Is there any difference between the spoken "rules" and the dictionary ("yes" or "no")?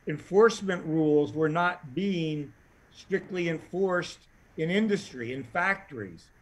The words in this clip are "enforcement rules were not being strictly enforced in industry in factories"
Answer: no